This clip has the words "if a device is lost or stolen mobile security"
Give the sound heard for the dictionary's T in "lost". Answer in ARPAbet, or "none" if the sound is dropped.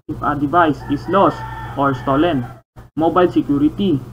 none